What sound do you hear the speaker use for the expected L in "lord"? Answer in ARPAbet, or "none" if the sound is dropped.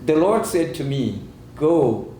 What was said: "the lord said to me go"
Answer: L